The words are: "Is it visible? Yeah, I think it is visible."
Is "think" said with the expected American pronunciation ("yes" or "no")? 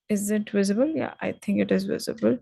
no